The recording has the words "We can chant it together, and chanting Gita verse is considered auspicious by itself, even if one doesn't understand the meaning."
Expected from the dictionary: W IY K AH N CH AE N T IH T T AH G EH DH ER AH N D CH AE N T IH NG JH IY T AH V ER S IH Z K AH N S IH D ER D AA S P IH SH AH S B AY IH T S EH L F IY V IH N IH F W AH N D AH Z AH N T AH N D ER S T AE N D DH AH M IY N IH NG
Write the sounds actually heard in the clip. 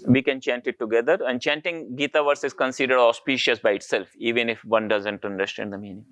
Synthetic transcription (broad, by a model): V IY K AH N CH AE N T IH T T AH G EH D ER AH N D CH AE N T IH NG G IY T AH V ER S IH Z K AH N S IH D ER D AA S P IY SH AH S B AY IH T S EH L F IY V IH N IH F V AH N D AH Z AH N T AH N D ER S T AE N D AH M IY N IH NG